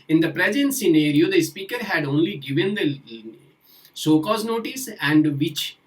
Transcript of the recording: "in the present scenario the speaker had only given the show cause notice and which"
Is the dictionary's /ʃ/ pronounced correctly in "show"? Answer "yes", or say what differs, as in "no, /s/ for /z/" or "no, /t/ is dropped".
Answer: no, /s/ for /ʃ/